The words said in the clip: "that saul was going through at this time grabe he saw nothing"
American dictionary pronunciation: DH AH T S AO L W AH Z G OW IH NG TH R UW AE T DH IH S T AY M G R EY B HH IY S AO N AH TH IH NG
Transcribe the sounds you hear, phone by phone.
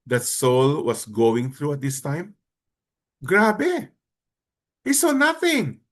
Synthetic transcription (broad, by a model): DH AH T S AO L W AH S G OW IH NG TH R UW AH T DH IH S T AY M G R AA B HH IY S AO N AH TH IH NG